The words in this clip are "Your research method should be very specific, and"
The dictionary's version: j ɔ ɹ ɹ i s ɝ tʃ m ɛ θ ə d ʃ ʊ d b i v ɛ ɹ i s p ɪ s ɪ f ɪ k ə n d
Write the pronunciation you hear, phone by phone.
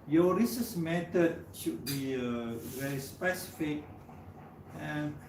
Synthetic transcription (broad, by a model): j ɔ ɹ ɹ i s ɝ s m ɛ t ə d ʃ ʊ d b i v ɛ ɹ i s p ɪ s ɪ f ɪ k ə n